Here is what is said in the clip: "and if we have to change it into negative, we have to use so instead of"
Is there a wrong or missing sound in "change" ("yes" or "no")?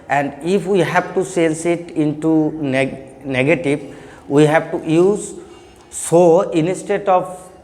yes